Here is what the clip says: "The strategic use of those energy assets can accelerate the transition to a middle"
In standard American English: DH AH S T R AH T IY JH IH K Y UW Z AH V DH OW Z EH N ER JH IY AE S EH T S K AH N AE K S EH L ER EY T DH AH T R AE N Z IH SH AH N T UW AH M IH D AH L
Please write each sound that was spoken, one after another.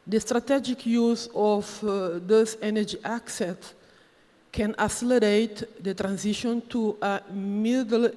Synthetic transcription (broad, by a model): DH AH S T R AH T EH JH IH K Y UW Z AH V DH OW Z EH N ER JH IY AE S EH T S K AH N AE S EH L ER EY T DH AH T R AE N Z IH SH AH N T UW AH M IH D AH L